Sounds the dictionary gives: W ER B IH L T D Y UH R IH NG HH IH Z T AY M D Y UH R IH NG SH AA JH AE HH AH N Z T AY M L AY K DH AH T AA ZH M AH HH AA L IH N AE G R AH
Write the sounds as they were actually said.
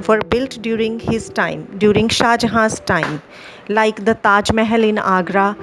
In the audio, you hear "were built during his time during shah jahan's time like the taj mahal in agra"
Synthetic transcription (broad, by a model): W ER B IH L T D Y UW R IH NG HH IH Z T AY M D Y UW R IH NG SH AA JH HH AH Z T AY M L AY K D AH T AA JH M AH HH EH L IH N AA G R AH